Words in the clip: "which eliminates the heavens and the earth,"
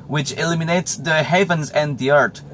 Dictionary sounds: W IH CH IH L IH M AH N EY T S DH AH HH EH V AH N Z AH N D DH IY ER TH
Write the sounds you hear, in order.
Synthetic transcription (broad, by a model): W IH CH IH L IH M AH N EY T S DH AH HH EH V AH N Z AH N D DH IY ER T